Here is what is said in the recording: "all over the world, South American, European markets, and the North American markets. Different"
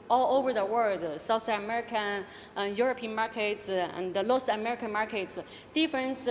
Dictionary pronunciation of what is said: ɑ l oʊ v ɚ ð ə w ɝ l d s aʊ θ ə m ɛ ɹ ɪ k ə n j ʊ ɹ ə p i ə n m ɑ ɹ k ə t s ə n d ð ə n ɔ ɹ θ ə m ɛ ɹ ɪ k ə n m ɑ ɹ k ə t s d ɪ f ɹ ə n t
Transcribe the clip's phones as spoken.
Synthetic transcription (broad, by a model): ɑ l oʊ v ɚ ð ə w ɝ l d s aʊ θ ə m ɛ ɹ ɪ k ə n j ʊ ɹ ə p i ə n m ɑ ɹ k ə t s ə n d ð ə l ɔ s ə m ɛ ɹ ɪ k ə n m ɑ ɹ k ə t s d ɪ f ɹ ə n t